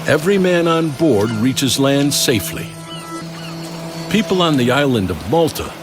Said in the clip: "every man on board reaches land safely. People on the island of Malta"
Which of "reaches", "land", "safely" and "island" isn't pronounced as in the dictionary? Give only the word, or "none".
none